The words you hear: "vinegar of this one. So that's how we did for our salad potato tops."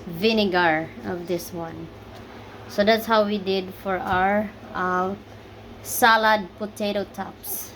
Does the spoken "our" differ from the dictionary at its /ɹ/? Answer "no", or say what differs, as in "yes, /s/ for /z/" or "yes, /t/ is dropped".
no